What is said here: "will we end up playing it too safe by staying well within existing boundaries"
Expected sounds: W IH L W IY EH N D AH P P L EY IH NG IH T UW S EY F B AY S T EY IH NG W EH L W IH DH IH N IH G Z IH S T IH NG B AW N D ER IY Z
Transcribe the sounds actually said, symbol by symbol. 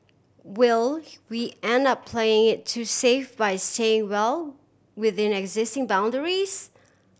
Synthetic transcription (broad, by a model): W IH L W IY EH N D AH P P L EY IH NG IH T UW S EY F B AY S T EY IH NG W EH L W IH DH IH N IH G Z IH S T IH NG B AW N D ER IY Z